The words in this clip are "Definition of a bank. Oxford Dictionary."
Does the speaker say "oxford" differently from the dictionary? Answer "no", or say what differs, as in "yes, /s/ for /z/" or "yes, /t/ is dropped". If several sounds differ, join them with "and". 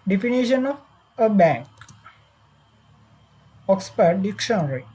yes, /p/ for /f/